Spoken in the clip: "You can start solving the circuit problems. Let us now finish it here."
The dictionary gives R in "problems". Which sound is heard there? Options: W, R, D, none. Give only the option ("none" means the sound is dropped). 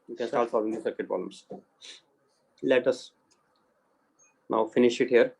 none